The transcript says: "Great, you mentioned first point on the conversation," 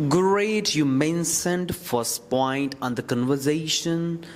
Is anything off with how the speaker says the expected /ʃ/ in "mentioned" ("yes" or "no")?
yes